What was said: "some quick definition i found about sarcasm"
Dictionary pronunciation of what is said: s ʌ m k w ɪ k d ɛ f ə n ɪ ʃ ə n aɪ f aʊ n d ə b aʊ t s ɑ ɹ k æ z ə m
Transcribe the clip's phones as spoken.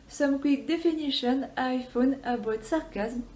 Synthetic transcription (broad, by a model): s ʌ m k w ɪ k d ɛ f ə n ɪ ʃ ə n aɪ f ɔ n ə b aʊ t s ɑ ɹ k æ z m